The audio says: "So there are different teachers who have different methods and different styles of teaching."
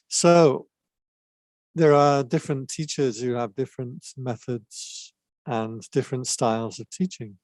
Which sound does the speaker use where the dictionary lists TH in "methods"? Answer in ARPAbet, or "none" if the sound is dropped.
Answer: TH